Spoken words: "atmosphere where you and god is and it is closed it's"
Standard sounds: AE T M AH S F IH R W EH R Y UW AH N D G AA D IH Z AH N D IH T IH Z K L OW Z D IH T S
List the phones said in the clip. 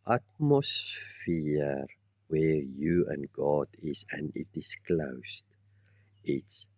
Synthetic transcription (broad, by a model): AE T M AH S F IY R W EH R Y UW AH N G AA D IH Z AH N D IH T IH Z K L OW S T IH T S